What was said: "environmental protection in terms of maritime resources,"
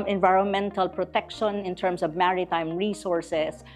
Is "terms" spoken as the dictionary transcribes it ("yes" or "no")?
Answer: no